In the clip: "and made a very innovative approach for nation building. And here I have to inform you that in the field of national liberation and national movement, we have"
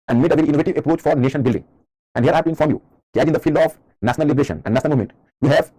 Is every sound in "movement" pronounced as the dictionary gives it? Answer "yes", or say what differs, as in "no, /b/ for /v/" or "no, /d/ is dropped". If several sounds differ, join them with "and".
no, /v/ is dropped